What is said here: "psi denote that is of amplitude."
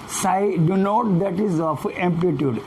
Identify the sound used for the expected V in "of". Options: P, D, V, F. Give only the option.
P